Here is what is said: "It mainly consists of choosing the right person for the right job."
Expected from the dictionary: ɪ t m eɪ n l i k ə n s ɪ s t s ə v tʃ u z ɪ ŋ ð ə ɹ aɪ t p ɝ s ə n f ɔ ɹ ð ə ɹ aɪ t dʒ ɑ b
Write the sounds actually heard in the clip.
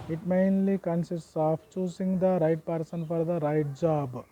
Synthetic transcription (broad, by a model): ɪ t m eɪ n l i k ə n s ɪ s s s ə f tʃ u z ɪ ŋ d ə ɹ aɪ t p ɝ s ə n f ɔ ɹ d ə ɹ aɪ t dʒ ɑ b